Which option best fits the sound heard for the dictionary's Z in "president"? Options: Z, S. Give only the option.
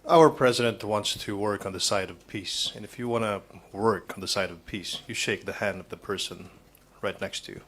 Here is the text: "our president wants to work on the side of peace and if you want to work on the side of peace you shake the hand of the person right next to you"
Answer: Z